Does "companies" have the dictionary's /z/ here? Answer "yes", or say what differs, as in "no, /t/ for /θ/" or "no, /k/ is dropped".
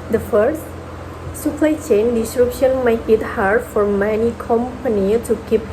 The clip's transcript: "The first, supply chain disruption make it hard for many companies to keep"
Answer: no, /z/ is dropped